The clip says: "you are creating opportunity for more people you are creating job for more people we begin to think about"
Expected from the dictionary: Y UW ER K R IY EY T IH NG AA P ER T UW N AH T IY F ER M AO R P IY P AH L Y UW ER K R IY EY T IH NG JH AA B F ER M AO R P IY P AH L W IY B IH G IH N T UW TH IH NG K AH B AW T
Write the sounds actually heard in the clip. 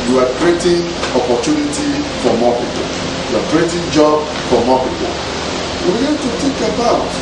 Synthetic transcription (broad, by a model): Y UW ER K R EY T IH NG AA P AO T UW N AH T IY F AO M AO P IY P AH L Y UW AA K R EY T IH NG JH AA B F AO M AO P IY P AH L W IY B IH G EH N T UW T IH K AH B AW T